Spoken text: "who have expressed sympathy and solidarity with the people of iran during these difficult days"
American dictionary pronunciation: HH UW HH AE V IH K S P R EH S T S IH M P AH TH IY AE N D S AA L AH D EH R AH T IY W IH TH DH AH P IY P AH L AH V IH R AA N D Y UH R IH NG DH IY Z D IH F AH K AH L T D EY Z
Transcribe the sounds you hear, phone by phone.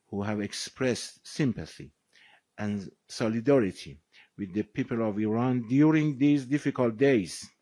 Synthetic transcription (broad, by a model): HH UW HH AE V IH K S P R EH S T S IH M P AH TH IY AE N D S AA L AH D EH R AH T IY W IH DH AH P IY P AH L AH V IH R AA N D Y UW R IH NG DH IY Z D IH F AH K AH L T D EY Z